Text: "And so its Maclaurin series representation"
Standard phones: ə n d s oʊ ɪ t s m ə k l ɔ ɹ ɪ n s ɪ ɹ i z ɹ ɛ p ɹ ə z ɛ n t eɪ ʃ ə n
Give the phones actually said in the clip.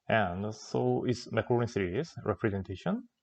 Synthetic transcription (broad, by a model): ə n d s oʊ ɪ t s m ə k ɔ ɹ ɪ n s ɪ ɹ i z ɹ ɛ p ɹ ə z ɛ n t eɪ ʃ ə n